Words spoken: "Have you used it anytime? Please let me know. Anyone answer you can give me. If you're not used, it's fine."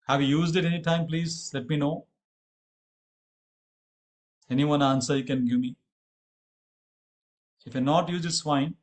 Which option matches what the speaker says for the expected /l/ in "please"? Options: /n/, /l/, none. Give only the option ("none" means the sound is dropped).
/l/